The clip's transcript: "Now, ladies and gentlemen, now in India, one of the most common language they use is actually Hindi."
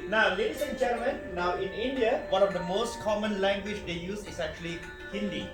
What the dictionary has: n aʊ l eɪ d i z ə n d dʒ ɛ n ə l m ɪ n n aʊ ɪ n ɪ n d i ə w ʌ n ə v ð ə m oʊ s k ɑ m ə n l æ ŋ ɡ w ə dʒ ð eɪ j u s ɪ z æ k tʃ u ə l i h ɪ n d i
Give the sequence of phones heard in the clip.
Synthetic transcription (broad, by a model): n aʊ l eɪ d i s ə n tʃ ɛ ə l m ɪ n n aʊ ɪ n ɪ n d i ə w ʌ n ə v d ə m oʊ s k ɑ m ə n l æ ŋ ɡ w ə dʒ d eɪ j u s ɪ s æ k tʃ u ə l i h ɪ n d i